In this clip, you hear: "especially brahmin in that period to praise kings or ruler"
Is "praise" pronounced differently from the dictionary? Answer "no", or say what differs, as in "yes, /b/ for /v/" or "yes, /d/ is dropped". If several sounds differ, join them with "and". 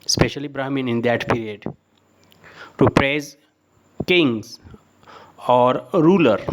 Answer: no